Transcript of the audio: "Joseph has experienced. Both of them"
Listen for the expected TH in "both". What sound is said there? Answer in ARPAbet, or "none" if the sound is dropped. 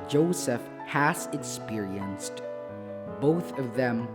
TH